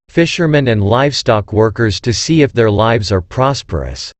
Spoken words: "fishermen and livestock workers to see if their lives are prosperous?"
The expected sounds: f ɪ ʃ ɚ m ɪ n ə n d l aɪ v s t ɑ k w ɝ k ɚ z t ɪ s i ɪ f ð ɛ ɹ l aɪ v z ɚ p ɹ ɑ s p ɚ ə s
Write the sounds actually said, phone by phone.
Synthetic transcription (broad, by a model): f ɪ ʃ ɚ m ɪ n ə n d l aɪ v s t ɑ k w ɝ k ɚ z t ɪ s i ɪ f ð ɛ ɹ l aɪ v z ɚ p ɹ ɑ s p ɚ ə s